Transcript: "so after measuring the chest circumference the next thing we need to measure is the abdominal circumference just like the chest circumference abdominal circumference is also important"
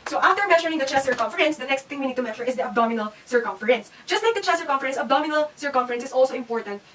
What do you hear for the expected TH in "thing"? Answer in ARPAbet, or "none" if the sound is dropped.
T